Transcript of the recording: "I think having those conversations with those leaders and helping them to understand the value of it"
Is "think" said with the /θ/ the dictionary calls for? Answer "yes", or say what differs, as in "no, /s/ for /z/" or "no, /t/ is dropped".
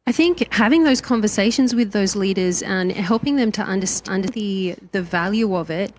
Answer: yes